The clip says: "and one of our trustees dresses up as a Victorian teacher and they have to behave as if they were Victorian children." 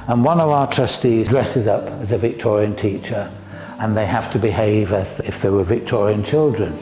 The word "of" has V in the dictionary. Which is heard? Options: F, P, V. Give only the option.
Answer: V